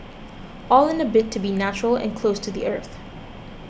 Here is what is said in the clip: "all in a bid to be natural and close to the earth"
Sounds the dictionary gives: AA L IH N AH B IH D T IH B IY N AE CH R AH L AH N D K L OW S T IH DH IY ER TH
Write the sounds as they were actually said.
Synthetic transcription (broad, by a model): AA L IH N AH B IH T IH B IY N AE CH R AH L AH N K L OW S T IH DH IY ER TH